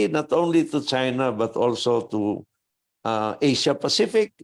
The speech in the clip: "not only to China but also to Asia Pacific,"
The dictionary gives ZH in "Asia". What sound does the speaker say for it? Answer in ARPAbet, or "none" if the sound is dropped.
SH